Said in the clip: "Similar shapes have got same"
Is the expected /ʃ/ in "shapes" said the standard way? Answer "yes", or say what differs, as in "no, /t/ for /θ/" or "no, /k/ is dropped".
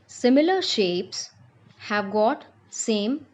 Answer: yes